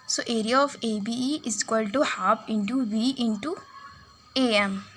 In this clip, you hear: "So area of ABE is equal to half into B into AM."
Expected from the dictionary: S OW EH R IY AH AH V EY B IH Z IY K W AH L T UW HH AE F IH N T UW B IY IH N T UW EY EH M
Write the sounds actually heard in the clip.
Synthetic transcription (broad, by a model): S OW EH R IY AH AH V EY B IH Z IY K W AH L T UW HH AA P IH N T UW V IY IH N T UW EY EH M